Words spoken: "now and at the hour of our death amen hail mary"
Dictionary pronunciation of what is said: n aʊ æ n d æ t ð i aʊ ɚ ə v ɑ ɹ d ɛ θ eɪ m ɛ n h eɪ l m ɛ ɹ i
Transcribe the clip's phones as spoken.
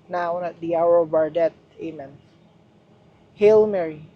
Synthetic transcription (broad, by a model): n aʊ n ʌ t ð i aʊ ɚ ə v ɑ ɹ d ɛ t eɪ m ɛ n h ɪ l m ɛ ɹ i